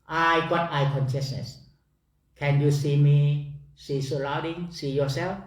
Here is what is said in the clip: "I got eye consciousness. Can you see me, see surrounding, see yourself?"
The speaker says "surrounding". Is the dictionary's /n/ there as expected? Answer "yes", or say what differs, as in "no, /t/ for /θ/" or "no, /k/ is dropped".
no, /n/ is dropped